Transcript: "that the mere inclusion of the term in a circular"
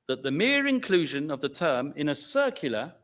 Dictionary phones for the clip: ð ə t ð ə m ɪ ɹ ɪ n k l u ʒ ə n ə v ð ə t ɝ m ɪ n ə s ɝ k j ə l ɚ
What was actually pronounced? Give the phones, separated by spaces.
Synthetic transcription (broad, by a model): ð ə t ð ə m ɪ ɹ ɪ n k l u ʒ ə n ə v ð ə t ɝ m ɪ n ə s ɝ k j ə l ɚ